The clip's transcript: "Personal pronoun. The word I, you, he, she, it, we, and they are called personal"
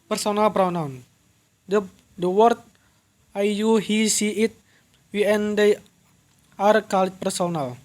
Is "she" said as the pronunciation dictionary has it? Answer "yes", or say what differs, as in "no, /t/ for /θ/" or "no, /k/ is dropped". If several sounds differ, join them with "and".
no, /s/ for /ʃ/